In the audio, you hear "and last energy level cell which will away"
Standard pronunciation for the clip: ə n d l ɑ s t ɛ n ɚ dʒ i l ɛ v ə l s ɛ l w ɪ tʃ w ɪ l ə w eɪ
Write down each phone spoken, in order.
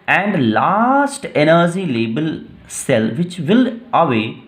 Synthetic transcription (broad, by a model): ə n d l ɑ s t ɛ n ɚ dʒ i l ɛ b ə l s ɛ l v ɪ tʃ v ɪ l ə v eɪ